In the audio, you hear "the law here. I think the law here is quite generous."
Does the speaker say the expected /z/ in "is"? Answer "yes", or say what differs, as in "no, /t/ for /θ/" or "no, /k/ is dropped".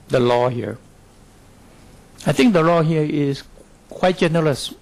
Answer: no, /s/ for /z/